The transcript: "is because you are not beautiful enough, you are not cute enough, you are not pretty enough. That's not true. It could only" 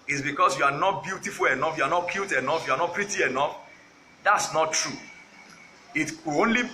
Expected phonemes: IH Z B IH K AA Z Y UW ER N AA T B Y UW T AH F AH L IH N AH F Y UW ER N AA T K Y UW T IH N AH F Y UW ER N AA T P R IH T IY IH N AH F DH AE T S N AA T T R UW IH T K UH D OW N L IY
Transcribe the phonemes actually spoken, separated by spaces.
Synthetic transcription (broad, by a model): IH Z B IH K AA S Y UW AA N AA T B Y UW T AH F AH L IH N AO F Y UW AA N AA T K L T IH N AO F Y UW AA N AA T P R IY T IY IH N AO F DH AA T S N AA T T R UW IH T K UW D OW N L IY